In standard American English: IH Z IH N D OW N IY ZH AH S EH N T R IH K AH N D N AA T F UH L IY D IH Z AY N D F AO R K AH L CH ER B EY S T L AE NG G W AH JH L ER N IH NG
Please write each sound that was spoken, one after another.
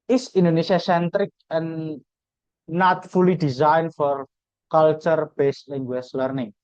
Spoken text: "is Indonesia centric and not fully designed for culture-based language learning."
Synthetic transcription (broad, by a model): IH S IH N D OW N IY SH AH S EH N T R IH K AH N N AA T F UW L IY D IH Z AY N F AO R K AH L CH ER B EY S T L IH NG G W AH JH L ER N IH NG